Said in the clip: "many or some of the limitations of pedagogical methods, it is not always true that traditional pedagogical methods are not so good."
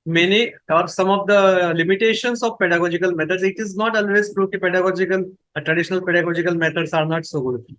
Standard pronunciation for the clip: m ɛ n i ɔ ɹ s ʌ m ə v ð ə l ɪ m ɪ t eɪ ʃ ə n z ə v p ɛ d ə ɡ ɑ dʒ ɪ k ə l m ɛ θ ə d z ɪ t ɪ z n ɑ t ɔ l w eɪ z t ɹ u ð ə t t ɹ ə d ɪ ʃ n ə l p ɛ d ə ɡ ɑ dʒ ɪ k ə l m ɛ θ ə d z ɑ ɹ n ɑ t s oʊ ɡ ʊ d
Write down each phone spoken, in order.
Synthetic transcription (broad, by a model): m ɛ n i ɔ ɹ s ʌ m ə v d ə l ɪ m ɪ t eɪ ʃ ə n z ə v p ɛ d ə ɡ ɑ dʒ ɪ k ə l m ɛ t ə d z ɪ t ɪ z n ɑ t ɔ l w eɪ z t ɹ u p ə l t ɹ ə d ɪ ʃ n ə l p ɛ d ə ɡ ɑ dʒ ɪ k ə l m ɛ t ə d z ɑ ɹ n ɑ t s oʊ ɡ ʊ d